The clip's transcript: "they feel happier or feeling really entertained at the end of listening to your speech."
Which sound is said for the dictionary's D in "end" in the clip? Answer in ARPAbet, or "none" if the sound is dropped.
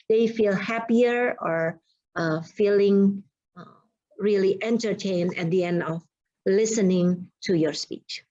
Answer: D